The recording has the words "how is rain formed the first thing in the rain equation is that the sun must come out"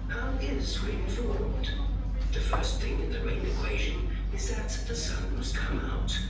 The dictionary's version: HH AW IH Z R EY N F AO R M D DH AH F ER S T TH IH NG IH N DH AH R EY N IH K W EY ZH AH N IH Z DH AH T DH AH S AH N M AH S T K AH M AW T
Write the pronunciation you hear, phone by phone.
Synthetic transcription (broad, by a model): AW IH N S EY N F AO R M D DH AH F ER S T TH IH NG IH N DH AH R EY N IH K W EY ZH AH N IH Z DH AH T DH AH S AH N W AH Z K AH M AW T